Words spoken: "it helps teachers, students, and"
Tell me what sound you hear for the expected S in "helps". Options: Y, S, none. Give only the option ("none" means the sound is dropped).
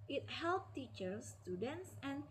none